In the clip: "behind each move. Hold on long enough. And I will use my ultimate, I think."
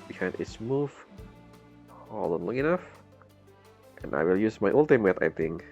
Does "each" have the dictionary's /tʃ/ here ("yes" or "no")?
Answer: no